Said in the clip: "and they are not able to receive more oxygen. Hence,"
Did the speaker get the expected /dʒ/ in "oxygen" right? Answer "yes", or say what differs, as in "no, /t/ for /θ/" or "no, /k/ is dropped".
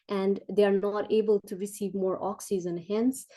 no, /z/ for /dʒ/